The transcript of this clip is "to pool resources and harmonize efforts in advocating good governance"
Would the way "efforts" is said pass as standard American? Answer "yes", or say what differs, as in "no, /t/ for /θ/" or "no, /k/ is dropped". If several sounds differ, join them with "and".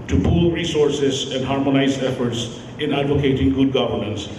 yes